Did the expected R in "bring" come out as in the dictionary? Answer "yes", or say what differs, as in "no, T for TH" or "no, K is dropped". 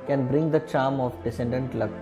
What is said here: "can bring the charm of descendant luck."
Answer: yes